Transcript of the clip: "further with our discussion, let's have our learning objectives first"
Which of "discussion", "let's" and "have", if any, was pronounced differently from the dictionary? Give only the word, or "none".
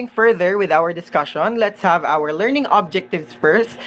none